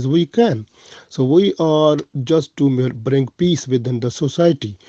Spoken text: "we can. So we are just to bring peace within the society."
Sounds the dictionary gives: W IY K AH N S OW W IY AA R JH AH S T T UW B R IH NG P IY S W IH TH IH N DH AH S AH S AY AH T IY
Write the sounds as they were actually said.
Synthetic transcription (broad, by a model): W IY K AH N S OW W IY AA R JH AH S T T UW B R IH NG P IY S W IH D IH N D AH S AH S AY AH T IY